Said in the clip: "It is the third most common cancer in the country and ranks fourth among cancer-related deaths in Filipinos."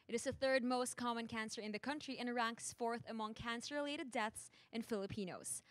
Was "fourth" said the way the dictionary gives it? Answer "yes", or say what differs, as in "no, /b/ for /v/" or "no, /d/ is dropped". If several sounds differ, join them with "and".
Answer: yes